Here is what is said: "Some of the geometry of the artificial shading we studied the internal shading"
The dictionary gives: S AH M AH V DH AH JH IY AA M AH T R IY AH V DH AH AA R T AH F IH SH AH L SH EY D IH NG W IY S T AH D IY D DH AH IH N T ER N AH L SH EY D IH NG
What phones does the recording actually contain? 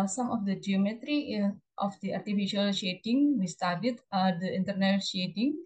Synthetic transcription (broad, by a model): S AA M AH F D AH JH IY AA M AH T R IY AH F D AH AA R T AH F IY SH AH L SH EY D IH NG W IY S T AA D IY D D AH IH N T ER N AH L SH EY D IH NG